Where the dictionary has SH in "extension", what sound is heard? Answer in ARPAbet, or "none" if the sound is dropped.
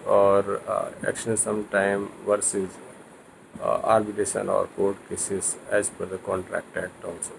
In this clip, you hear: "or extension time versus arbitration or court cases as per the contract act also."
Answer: S